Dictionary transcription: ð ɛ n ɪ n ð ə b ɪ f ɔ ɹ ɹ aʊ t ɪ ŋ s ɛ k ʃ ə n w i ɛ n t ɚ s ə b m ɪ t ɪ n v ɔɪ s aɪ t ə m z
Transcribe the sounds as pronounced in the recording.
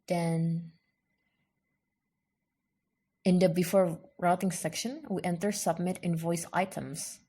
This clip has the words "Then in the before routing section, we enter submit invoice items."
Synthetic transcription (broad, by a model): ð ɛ n ɪ n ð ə b ɪ f ɔ ɹ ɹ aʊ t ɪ ŋ s ɛ k ʃ ə n w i ɛ n t ɚ s ə b m ɪ t ɪ n v ɔɪ s aɪ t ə m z